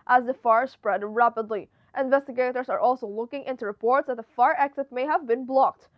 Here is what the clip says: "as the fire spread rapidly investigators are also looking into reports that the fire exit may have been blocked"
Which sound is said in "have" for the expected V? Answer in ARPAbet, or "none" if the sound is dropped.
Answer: V